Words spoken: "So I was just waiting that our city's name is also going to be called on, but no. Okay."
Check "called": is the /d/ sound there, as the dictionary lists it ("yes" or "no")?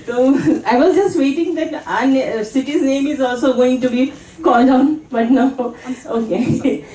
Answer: yes